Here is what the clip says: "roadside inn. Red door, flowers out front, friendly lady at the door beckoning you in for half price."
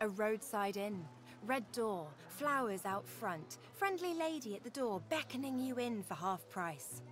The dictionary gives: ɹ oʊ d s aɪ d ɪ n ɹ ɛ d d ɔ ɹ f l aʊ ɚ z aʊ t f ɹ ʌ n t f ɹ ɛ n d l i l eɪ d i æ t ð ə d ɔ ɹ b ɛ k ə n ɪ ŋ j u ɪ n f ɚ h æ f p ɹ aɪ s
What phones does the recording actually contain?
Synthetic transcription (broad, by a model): ɹ oʊ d s aɪ d ɪ n ɹ ɛ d d ɔ ɹ f l aʊ ɚ z aʊ t f ɹ ʌ n t f ɹ ɛ n d l i l eɪ d i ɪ t ð ə d ɔ ɹ b ɛ k ə n ɪ ŋ j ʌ ɪ n f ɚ h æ f p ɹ aɪ s